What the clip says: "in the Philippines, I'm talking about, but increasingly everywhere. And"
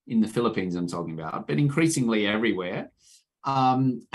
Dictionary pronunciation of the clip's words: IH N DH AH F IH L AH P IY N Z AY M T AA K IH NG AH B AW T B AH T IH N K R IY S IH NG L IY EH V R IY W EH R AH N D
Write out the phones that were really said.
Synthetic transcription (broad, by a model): IH N DH AH F IH L AH P IY N Z AY M T AA K IH NG AH B AW T B AH T IH N K R IY S IH NG L IY EH V R IY W EH R AH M